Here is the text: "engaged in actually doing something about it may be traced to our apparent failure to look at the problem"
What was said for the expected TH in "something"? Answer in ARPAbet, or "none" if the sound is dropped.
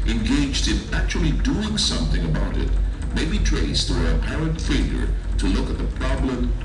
TH